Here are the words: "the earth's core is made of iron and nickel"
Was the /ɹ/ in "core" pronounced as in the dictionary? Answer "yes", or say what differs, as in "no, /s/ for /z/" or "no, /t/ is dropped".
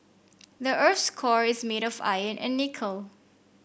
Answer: yes